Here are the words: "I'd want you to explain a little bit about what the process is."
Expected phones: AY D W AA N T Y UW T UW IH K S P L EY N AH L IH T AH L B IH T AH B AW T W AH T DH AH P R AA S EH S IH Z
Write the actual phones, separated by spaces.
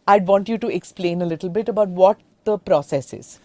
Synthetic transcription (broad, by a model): AY D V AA N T Y UW T UW IH K S P L EY N AH L IH T L B IH T AH B AW T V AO T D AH P R AA S EH S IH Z